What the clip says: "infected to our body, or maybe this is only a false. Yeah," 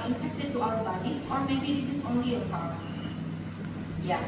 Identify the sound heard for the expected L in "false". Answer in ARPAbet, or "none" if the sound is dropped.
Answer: none